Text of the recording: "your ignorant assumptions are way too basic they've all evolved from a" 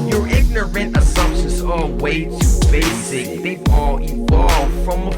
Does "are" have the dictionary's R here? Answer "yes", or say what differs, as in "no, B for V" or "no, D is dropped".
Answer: no, L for R